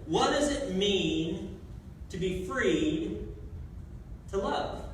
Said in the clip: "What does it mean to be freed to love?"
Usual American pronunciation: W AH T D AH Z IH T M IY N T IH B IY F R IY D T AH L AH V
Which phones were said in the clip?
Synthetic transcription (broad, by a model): W AH T D AH Z IH T M IY N T IH B IY F R IY D T AH L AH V